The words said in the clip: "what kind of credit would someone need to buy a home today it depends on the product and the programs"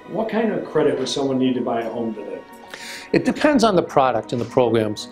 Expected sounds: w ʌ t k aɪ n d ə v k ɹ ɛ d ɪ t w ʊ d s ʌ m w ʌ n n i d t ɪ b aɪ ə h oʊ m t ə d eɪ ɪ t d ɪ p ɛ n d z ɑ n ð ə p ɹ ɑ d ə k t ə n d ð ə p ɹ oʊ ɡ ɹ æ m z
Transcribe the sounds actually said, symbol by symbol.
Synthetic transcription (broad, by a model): w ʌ t k aɪ n d ə v k ɹ ɛ d ɪ t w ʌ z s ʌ m w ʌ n n i d t ɪ b aɪ ə h oʊ m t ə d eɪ ɪ t d ɪ p ɛ n d z n ð ə p ɹ ɑ d ə k t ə n ð ə p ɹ oʊ ɡ ɹ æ m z